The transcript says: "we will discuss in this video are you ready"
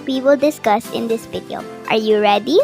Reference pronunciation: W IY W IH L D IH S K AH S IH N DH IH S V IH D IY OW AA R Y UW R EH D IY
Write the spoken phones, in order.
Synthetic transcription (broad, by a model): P IY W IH L D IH S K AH S IH N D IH S P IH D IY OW AA R Y UW R EH D IY